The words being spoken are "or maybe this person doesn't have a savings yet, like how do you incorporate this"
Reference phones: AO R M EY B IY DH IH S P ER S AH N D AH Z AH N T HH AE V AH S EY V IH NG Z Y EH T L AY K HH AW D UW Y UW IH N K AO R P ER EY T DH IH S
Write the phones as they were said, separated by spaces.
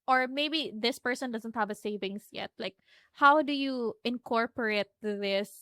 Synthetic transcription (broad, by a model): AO R M EY B IY DH IH S P ER S AH N D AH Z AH N T HH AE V AH S EY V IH NG S Y EH T L AY K HH AW D UW Y UW IH N K AO R P ER EY T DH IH S